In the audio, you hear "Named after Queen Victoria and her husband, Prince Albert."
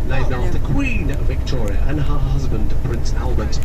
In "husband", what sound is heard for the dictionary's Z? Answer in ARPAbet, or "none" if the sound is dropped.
Z